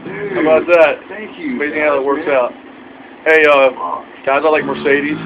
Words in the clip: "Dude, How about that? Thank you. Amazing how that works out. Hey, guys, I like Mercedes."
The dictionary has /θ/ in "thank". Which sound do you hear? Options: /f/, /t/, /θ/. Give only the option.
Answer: /t/